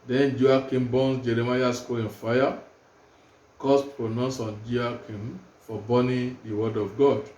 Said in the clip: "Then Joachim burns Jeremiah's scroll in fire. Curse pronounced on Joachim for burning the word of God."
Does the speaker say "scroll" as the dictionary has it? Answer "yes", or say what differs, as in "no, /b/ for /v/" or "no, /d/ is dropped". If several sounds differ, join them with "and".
no, /ɹ/ is dropped